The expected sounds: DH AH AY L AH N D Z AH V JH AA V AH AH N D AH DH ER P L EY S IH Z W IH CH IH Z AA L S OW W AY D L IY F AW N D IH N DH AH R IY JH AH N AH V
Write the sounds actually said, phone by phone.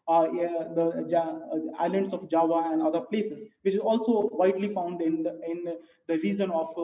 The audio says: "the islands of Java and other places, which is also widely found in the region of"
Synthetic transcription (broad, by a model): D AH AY L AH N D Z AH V JH AA V AH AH N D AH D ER P L EY S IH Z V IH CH IH Z AA L S OW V AY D L IY F AW N D IH N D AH R IY Z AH N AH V